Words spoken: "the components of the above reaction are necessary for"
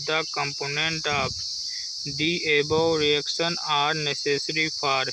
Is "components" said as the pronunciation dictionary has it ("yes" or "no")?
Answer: no